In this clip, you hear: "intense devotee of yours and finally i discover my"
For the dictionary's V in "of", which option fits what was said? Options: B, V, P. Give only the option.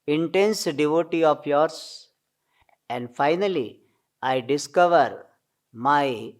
P